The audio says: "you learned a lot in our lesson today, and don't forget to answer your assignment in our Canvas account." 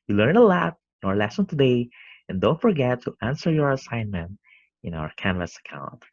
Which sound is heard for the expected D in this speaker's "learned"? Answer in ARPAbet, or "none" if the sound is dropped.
none